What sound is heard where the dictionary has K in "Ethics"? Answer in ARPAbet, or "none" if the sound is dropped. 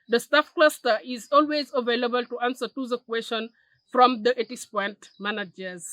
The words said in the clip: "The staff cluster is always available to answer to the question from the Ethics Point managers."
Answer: none